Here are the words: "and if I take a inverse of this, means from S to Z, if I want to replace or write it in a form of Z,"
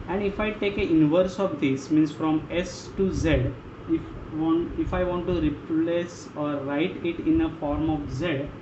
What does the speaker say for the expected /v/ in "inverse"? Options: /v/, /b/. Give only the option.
/v/